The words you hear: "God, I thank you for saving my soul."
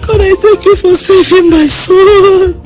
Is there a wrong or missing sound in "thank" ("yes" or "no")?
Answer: yes